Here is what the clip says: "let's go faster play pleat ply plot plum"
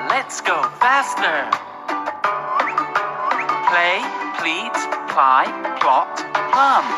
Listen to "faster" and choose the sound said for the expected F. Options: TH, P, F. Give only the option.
F